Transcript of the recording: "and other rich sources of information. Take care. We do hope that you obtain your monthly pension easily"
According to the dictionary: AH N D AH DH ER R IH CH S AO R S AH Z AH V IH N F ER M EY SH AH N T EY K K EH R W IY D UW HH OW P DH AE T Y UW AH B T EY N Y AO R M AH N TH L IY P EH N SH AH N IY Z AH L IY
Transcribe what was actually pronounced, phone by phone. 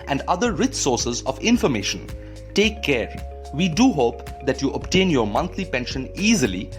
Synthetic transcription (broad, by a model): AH N D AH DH ER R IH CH S AO R S AH Z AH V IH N F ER M EY SH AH N T EY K K EH R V IY D UW HH OW P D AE T Y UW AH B T EY N Y AO R M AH N T L IY P EH N SH AH N IY Z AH L IY